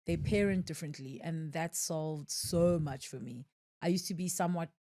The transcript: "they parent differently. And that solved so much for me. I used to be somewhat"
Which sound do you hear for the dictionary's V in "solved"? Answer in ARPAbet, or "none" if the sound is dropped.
V